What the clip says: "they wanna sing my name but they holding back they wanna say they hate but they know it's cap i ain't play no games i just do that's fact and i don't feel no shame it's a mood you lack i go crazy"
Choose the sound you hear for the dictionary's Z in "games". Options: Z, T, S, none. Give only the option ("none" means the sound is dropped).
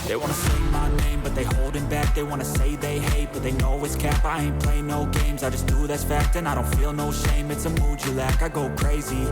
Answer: Z